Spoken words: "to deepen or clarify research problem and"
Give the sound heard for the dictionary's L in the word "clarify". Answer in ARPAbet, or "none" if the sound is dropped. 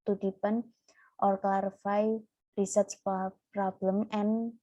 none